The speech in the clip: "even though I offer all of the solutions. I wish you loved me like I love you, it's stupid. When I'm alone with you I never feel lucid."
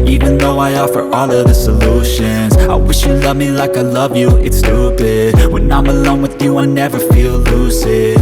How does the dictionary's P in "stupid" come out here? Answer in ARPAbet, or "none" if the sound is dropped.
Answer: B